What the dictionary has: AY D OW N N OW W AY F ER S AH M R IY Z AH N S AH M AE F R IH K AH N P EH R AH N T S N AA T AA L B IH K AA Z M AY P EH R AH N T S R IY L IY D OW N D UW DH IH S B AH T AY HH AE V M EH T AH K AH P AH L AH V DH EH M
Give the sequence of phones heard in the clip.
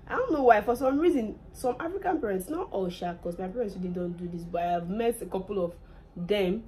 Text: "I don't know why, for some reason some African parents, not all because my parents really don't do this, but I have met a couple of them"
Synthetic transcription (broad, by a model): AY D OW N N OW W AY F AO S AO M R IY Z AH N S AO M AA F R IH K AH N P EH R AH N T S N AA T AA L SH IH K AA S M AY P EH R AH N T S W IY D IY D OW N D UW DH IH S B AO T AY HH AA V M EH T AH K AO P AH L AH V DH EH M